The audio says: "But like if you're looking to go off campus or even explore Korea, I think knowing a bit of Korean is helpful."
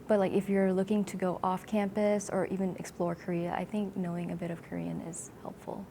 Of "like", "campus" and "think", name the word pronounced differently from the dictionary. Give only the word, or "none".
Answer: none